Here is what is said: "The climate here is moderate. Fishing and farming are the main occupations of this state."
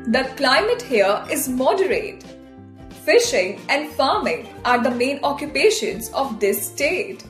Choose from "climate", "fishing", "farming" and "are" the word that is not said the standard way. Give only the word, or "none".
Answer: none